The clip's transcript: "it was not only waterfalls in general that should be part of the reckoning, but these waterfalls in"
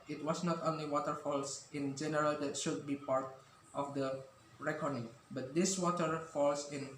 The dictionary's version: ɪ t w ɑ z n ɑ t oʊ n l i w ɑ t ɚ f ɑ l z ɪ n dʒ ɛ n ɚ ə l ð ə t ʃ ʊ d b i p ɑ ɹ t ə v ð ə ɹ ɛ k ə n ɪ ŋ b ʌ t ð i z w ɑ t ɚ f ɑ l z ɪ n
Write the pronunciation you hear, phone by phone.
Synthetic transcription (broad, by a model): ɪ t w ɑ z n ɑ t oʊ n l i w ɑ t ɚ f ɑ l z ɪ n dʒ ɛ n ɚ ə l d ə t ʃ ʊ d b i p ɑ ɹ t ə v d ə ɹ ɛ k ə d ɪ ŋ b ʌ t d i s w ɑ t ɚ f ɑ l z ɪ n